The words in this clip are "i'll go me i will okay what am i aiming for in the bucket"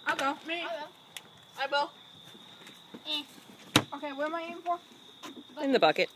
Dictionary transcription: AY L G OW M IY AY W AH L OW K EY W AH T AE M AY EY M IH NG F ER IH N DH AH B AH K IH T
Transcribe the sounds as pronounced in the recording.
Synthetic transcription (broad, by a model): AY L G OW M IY AY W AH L OW K EY W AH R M AY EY IH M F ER IH N DH AH B AH K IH T